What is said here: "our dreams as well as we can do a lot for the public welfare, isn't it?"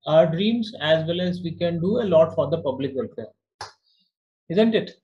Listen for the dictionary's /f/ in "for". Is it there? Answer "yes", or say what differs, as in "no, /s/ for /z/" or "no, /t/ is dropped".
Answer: yes